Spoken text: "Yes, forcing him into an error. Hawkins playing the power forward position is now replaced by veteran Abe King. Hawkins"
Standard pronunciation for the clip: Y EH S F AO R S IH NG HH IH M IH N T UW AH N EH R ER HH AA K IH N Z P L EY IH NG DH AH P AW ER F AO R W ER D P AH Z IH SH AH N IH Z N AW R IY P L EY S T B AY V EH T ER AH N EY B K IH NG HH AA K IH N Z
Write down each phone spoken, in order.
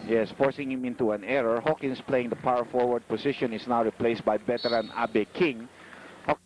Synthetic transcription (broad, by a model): Y EH S F AO R S IH NG HH IH M IH N T UW AH N EH R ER HH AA K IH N S P L EY IH NG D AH P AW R F AO R W ER D P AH S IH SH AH N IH S N AW R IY P L EY S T B AY B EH T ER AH N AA B K IH NG HH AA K